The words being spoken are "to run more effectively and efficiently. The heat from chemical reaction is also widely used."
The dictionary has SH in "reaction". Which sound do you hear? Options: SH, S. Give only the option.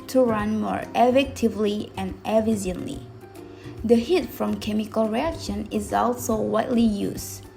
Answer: SH